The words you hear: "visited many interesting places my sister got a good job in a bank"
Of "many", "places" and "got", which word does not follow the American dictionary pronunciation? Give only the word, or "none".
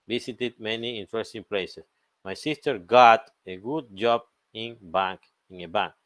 places